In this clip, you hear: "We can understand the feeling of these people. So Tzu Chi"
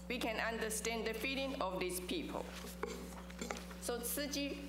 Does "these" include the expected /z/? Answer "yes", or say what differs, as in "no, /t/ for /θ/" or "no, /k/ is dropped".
no, /s/ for /z/